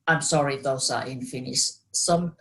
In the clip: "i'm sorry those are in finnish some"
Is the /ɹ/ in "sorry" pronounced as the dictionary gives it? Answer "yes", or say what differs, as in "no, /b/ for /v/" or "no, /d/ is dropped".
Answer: yes